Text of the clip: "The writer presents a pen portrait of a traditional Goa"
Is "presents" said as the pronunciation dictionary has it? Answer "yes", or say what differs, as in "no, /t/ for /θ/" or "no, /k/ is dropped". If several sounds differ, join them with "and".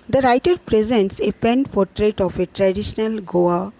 yes